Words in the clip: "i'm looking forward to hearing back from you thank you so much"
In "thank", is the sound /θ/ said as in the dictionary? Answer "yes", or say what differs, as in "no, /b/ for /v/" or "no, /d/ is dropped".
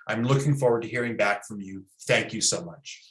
yes